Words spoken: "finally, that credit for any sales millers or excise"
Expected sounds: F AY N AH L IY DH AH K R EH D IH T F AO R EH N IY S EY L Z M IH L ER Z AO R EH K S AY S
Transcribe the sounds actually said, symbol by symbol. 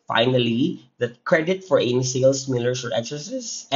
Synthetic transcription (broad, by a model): F AY N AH L IY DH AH K R EH D IH T F AO R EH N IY S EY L S M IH L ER S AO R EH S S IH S